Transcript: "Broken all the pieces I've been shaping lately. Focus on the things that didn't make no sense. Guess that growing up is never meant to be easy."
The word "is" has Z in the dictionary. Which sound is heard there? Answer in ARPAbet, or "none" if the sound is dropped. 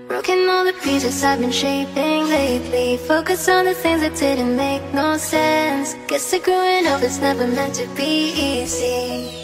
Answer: S